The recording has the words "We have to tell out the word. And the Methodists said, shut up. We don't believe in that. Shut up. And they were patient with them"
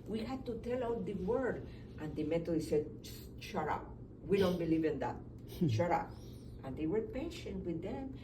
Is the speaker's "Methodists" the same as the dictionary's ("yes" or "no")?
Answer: no